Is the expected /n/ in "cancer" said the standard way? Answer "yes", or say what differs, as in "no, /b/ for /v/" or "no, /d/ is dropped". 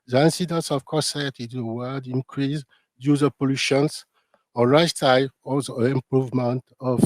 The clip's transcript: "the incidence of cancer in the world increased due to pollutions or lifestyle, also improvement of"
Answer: no, /n/ is dropped